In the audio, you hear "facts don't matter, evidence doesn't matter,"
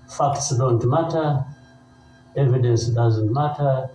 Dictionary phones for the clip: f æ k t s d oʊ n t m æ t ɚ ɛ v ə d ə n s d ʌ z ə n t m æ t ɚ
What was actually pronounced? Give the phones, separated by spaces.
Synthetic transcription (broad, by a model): f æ k t s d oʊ n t m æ t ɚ ɛ v ə d ə n s d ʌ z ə n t m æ t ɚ